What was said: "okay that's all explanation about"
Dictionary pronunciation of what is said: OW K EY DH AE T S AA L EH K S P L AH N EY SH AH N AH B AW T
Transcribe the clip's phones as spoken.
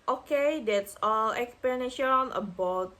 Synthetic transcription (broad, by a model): OW K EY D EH T S AA L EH K S P AH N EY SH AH N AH B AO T